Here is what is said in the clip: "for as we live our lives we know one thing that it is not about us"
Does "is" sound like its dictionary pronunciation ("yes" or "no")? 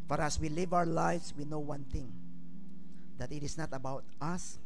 no